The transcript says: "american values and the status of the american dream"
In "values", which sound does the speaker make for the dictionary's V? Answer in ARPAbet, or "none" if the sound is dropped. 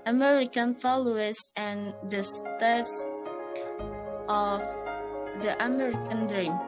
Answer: F